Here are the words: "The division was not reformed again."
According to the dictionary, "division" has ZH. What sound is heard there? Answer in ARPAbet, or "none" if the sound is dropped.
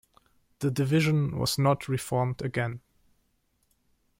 ZH